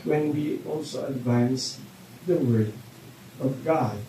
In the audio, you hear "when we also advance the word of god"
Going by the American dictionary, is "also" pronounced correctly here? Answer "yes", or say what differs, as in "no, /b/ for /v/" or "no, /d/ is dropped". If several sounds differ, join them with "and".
yes